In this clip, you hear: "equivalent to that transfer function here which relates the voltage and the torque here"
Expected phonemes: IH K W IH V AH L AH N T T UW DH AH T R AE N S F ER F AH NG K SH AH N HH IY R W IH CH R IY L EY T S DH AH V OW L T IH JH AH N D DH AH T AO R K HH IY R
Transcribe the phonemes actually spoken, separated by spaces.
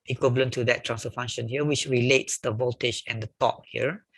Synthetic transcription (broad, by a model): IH K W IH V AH L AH N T T UW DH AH T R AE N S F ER F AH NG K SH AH N HH IY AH W IH CH R IY L EY T S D AH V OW L T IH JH AH N D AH T AO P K HH IY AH